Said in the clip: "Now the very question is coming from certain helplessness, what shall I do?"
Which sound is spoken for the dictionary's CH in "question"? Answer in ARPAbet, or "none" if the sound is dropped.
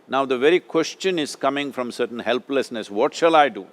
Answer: CH